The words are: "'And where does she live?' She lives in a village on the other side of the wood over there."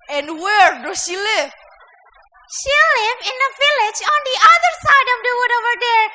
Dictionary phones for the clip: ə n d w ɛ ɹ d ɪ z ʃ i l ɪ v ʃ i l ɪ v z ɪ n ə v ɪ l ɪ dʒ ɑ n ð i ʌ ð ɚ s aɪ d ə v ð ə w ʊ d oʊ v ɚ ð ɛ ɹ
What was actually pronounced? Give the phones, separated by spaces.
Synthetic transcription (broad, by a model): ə n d w ɛ ɹ d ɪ ʃ i l ɪ v ʃ i l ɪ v ɪ n ə v ɪ l ɪ dʒ ɑ n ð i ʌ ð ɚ s aɪ d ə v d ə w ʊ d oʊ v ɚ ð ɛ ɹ